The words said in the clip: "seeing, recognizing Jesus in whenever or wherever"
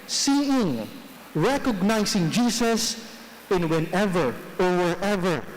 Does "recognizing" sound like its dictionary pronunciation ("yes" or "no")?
no